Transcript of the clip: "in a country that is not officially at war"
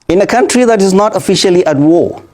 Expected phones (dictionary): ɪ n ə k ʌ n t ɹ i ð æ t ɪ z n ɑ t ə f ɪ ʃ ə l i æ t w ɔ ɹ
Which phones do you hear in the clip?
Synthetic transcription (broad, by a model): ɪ n ə k ʌ n t ɹ i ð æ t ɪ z n ɑ t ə f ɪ ʃ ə l i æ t w ɔ